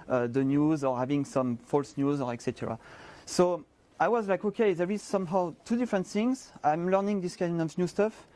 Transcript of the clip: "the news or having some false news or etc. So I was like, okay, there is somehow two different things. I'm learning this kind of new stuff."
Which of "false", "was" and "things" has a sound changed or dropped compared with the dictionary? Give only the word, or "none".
none